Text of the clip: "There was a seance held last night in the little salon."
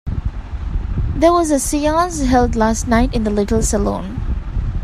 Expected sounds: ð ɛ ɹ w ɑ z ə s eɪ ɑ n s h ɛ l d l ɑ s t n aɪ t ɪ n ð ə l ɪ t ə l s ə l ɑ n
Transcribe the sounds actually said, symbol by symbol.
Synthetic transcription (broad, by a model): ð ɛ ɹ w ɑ z ə s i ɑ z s h ɛ l d l ɑ s t n aɪ t ɪ n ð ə l ɪ t ə l s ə l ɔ n